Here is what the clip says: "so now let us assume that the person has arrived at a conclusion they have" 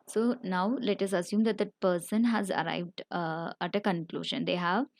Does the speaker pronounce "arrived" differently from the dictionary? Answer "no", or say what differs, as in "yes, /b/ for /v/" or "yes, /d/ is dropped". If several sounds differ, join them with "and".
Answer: no